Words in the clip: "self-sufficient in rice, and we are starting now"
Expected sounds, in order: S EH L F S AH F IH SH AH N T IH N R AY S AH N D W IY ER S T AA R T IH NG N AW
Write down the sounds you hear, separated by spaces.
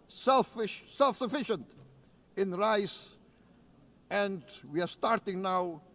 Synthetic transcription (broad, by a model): S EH L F S AH F IH SH AH N T IH N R AY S AH N D W IY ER S T AA R T IH NG N AW